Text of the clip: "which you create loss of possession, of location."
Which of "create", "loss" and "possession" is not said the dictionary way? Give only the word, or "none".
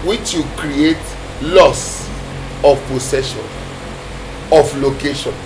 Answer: possession